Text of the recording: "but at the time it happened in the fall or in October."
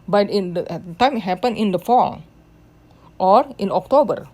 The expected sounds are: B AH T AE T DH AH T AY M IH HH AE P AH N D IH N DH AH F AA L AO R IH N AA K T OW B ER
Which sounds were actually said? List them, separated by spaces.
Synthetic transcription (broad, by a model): B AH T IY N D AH T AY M HH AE P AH N IH N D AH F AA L AO R IH N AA K T OW B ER